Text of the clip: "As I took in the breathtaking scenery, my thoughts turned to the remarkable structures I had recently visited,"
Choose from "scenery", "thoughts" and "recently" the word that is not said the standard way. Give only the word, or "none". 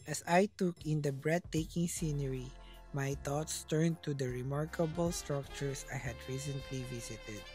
thoughts